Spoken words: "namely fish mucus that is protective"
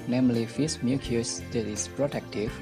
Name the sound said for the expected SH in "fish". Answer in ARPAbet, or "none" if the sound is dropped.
S